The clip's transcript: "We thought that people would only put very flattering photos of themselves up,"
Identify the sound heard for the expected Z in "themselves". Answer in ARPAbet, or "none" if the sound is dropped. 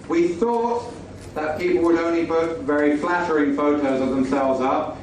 Z